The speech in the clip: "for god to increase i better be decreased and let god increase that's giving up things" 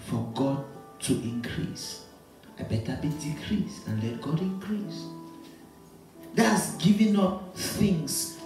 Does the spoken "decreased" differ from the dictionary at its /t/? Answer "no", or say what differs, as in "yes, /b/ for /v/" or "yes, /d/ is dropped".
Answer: yes, /t/ is dropped